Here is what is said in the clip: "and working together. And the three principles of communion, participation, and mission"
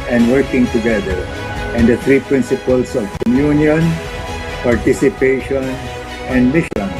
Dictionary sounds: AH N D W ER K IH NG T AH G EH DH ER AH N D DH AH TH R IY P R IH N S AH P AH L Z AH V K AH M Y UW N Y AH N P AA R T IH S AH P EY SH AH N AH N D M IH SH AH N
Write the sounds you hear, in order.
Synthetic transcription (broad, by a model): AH N D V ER K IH NG T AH G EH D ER AH N D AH T R IY P R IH N S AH P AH L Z AH V K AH M Y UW N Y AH N P AA R T IH S AH P EY SH AH N AH N D M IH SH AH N